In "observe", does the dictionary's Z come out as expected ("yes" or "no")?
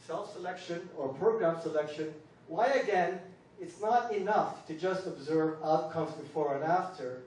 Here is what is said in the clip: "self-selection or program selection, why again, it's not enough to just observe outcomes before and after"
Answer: yes